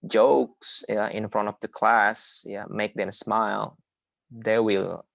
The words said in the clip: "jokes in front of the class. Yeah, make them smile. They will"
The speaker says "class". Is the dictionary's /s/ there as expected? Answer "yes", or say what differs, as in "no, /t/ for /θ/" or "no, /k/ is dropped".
yes